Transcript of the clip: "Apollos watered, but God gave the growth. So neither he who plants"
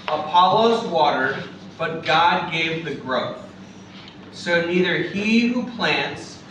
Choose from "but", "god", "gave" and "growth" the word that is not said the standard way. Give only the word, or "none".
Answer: none